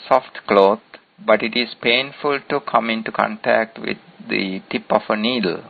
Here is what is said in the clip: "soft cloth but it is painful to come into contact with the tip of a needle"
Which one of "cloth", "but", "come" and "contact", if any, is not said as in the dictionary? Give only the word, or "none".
cloth